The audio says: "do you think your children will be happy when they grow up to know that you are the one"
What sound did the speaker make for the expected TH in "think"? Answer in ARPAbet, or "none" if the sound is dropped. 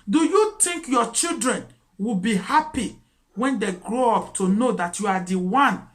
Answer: T